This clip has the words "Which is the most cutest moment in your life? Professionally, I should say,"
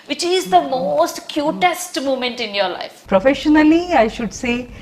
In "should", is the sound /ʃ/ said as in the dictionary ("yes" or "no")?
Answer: yes